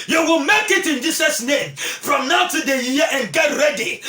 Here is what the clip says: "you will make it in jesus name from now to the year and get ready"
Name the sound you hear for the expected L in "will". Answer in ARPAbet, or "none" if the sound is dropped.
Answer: L